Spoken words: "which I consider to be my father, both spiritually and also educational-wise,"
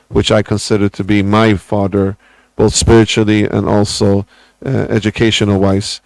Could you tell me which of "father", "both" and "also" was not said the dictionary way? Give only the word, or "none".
none